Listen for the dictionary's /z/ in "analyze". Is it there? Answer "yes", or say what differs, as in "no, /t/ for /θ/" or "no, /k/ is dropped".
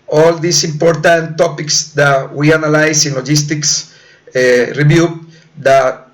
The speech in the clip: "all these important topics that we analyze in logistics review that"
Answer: no, /s/ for /z/